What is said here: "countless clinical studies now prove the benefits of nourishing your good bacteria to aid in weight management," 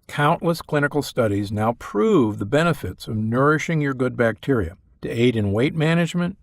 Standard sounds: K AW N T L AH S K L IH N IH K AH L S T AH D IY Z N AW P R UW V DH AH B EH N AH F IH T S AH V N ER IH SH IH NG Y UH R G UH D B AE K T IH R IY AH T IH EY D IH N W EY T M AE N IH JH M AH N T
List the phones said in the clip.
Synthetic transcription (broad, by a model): K AW N T L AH S K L IH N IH K L S T AH D IY Z N AW P R UW V DH AH B EH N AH F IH T S AH V N ER IH SH IH NG Y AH R G UH D B AE K T IH R IY AH T IH EY D IH N W EY T M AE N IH JH M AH N T